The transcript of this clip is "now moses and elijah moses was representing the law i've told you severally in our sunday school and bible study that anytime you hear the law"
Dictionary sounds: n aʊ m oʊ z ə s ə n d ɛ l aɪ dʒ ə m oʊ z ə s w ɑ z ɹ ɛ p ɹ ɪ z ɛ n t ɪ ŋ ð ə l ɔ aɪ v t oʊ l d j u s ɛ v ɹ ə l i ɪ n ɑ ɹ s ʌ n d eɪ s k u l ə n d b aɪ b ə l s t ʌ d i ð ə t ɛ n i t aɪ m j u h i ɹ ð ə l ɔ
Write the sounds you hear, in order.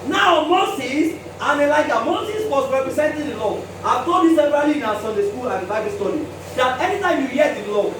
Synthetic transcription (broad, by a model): n aʊ m oʊ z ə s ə n ɛ l aɪ dʒ ə m oʊ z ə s w ɑ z ɹ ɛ p ɹ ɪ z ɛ n t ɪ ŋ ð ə l ɔ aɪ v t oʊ d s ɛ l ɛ b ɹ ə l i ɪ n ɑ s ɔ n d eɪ s k u l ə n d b aɪ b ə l s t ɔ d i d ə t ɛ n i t aɪ m j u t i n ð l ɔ